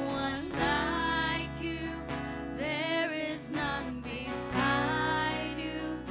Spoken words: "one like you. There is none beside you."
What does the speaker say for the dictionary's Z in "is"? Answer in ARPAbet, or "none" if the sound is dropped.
Z